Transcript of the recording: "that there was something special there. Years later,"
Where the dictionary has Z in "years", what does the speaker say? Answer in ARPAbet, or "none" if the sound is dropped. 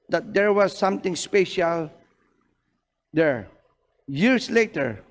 S